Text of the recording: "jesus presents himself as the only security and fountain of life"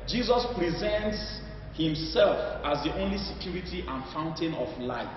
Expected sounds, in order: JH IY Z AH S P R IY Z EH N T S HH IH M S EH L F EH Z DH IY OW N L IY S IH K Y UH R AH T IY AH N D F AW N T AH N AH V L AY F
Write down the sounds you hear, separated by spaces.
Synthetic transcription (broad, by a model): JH IY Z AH S P R IY Z EH N T S HH IH M S EH L F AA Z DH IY OW N L IY S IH K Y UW R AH T IY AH N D F AW N T AH N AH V L AY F